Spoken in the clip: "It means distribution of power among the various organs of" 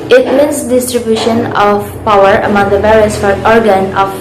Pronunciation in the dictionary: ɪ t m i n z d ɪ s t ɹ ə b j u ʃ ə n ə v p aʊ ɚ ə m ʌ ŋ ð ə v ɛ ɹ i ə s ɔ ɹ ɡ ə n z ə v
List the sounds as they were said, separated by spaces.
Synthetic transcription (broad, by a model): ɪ t m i n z d ɪ s t ɹ ə b j u ʃ ə n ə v p aʊ ɚ ə m ʌ ŋ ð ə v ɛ ɹ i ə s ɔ ɹ ɡ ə n ə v